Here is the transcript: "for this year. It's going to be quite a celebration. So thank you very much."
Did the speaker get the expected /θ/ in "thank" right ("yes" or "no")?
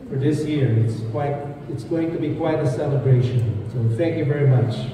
yes